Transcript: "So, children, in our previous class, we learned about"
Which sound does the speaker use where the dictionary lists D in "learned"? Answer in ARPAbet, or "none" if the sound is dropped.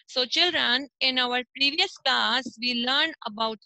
none